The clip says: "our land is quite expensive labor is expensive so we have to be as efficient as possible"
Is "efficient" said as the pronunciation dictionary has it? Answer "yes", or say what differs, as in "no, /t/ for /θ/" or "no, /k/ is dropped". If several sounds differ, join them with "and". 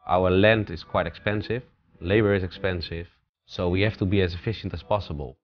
yes